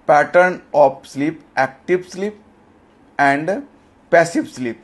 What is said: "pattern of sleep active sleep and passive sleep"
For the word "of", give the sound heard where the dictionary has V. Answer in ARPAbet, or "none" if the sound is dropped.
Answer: P